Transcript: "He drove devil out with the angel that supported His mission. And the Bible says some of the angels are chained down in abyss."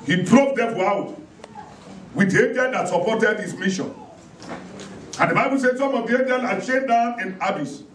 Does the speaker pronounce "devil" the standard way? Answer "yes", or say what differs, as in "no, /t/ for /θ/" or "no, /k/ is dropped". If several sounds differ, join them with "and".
no, /f/ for /v/